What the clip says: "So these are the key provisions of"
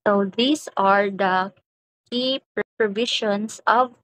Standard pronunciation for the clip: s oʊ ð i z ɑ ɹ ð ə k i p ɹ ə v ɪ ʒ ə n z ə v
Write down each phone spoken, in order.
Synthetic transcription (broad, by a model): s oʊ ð i s ɑ ɹ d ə k i p ɹ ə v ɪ ʃ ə n s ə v